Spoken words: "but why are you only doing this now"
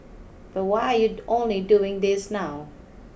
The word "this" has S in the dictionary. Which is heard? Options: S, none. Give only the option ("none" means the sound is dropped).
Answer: S